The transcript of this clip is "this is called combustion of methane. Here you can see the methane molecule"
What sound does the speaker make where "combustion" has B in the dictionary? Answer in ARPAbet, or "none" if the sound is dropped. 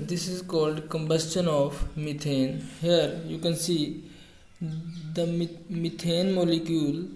B